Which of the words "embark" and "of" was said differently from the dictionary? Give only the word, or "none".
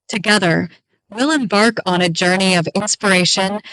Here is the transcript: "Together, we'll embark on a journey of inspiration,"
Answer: none